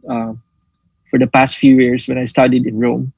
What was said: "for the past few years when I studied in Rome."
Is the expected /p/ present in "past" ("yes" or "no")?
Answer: yes